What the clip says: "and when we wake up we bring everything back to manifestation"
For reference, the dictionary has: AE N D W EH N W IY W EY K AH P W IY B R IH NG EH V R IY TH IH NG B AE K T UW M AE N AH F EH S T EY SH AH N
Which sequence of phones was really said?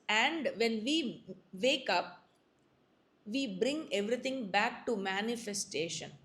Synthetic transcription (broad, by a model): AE N D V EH N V IY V EY K AH P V IY B R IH NG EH V R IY T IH NG B AE K T UW M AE N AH F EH S T EY SH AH N